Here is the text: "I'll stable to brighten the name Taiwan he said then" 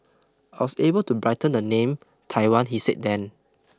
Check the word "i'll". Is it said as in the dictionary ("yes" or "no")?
no